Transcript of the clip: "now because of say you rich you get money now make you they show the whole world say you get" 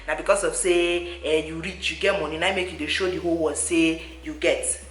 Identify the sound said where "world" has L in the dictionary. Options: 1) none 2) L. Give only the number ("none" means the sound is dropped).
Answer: 1